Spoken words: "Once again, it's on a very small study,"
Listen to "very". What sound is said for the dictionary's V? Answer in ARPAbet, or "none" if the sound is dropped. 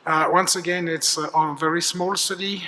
V